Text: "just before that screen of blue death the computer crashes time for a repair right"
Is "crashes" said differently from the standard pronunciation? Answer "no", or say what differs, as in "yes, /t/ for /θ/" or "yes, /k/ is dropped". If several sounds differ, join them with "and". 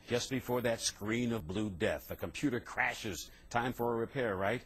no